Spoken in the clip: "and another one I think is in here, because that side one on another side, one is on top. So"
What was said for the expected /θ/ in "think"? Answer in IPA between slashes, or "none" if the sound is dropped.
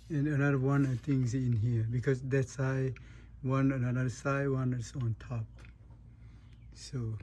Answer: /t/